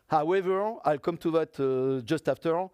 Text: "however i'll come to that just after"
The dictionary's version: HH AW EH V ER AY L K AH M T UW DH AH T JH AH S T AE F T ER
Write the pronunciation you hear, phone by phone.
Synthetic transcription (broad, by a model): HH AW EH V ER AY L K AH M T UW DH AH T JH AH S T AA F T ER